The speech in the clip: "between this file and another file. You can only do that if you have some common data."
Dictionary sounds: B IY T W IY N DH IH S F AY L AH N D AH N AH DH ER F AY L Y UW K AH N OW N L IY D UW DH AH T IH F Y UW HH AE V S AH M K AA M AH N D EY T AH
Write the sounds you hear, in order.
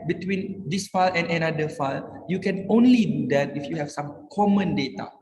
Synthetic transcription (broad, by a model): B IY T W IY N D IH S F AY L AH N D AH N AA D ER F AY L Y UW K AH N OW N L IY D UW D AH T IH F Y UW HH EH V S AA M K AA M AH N D EY T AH